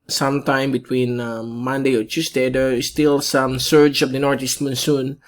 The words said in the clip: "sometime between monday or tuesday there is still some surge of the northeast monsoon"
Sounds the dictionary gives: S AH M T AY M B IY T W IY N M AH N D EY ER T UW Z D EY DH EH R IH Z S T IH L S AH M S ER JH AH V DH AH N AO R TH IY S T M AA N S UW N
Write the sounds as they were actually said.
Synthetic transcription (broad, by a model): S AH M T AY M B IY T W IY N M AH N D EY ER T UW S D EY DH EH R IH S T IH L S AH M S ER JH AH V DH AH N AO R T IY S T M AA N S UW N